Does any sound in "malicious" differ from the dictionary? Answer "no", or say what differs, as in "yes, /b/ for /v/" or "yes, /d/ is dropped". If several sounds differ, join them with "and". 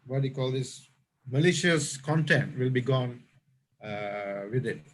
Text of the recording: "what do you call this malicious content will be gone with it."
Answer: no